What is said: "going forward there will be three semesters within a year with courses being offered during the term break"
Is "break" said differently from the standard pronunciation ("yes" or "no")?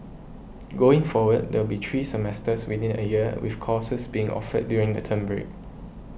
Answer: no